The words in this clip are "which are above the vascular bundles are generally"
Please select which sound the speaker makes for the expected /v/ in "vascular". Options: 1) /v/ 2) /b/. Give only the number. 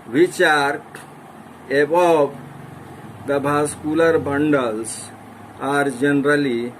2